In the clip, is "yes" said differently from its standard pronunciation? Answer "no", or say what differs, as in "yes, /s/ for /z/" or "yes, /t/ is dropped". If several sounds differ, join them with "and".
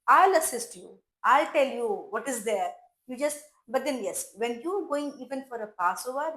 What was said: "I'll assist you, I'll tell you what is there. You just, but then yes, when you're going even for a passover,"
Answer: no